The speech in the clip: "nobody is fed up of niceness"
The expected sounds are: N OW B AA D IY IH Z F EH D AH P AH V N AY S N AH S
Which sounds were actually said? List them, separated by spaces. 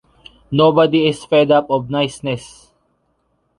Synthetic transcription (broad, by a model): N OW B AA D IY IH S F EH D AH P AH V N AY S N AH S